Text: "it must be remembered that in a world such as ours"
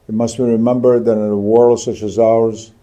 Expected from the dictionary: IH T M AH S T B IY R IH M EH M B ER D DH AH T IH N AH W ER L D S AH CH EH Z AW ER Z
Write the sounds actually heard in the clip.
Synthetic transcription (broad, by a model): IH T M AH S T B IY R IH M EH M B ER D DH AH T IH N AH W ER L D S AH CH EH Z AW ER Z